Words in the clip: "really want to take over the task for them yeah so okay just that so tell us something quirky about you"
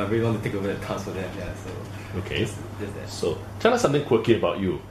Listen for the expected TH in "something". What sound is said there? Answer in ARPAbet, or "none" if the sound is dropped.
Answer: T